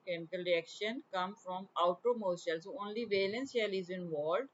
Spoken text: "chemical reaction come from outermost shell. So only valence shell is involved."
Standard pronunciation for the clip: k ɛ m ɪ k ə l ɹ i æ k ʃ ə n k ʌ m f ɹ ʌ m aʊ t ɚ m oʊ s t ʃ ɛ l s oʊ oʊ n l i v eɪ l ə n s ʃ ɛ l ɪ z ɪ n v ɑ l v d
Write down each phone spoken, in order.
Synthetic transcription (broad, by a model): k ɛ m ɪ k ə l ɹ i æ k ʃ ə n k ʌ m f ɹ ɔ m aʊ t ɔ m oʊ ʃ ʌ l s oʊ oʊ n l i v eɪ l ə n s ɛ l ɪ z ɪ n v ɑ l d